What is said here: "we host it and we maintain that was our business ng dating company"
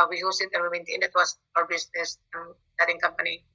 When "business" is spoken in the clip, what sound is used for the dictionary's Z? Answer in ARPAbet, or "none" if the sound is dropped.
S